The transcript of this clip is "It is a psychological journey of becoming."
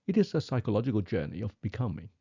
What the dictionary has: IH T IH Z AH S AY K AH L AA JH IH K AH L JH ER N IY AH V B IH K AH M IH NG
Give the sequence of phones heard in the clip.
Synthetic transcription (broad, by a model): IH T IH Z AH S AY K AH L AA JH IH K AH L JH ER N IY AH V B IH K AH M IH NG